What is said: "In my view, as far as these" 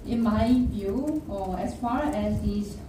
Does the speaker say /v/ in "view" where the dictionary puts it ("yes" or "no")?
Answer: no